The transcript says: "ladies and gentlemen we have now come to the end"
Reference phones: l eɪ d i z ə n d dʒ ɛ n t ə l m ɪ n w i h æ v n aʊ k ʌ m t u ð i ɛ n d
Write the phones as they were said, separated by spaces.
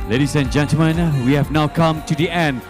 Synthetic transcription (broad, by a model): l eɪ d i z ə n dʒ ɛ n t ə m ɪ n w i h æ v n aʊ k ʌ m t u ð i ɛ n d